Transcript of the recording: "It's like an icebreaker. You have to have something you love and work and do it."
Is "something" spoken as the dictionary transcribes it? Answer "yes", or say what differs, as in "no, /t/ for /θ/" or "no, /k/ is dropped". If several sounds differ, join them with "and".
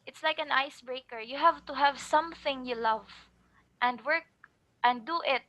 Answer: yes